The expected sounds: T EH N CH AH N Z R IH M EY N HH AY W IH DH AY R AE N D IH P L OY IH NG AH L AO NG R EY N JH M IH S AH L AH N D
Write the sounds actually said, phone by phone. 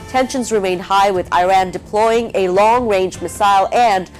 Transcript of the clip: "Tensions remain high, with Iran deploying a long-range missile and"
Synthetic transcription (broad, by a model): T EH N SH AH N Z R IH M EY N HH AY W IH DH AY R AE N D IH P L OY IH NG AH L AO NG R EY N JH M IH S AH L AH N